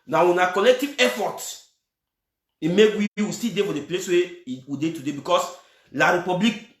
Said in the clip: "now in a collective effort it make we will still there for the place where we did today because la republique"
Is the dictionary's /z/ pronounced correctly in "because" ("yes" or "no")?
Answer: no